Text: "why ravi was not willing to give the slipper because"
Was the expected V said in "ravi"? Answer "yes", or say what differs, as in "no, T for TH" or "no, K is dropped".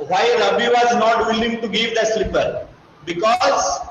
no, B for V